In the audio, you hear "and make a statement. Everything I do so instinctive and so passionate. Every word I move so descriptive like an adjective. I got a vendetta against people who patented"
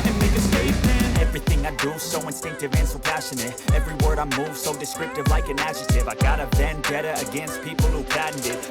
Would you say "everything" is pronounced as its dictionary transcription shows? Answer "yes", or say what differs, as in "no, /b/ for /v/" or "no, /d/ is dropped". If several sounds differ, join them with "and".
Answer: yes